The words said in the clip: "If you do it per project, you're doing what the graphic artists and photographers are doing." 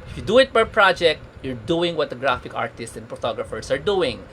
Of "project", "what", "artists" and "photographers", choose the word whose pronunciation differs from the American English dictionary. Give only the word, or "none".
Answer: photographers